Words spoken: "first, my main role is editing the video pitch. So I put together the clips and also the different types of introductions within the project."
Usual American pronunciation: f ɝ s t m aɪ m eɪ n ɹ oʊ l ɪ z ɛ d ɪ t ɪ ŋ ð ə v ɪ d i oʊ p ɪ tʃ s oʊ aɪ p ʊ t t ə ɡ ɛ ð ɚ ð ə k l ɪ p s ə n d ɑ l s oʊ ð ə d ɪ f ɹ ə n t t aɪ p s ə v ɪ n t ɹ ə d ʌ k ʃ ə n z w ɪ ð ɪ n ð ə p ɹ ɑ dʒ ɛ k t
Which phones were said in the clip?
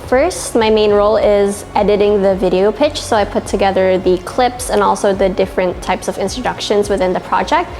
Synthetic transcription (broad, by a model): f ɝ s t m aɪ m eɪ n ɹ oʊ l ɪ z ɛ d ɪ t ɪ ŋ ð ə v ɪ d i oʊ p ɪ tʃ s oʊ aɪ p ʊ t t ə ɡ ɛ ð ɚ ð ə k l ɪ p s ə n ɑ l s oʊ ð ə d ɪ f ɹ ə n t t aɪ p s ə v ɪ n t ɹ ə d ʌ k ʃ ə n z w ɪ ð ɪ n ð ə p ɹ ɑ dʒ ɛ k t